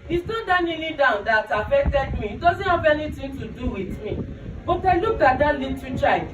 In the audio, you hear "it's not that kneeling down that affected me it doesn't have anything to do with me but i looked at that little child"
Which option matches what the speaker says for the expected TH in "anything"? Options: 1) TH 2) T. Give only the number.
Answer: 2